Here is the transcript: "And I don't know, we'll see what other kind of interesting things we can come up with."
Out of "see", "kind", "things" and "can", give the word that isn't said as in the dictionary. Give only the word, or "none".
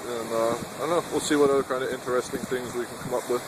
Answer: none